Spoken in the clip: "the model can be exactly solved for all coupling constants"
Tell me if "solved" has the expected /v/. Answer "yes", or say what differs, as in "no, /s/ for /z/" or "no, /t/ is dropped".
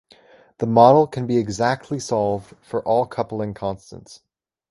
yes